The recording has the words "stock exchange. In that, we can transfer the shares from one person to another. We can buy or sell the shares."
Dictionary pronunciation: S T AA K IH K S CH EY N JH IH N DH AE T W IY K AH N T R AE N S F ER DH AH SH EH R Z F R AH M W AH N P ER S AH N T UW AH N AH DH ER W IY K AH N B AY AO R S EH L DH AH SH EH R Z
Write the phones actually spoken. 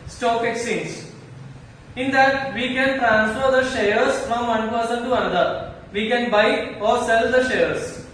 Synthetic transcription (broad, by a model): S T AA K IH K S IY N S IH N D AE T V IY K AH N T R AE N S F ER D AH SH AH R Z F R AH M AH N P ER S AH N T UW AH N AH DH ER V IY K AH N B AY AO R S EH L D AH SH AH R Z